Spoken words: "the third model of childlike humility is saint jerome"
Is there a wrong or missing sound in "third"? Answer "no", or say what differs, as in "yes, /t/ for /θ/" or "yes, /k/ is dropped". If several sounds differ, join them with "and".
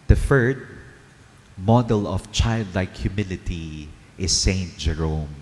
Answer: yes, /f/ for /θ/